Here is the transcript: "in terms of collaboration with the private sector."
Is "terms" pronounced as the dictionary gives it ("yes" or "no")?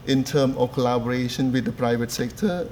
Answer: no